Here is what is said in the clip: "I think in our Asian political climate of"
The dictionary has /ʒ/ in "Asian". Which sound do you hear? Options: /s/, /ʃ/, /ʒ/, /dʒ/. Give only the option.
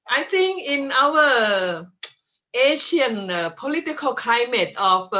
/ʃ/